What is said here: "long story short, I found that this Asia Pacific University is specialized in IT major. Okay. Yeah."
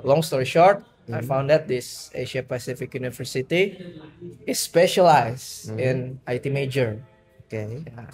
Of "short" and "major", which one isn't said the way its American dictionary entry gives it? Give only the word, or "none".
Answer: none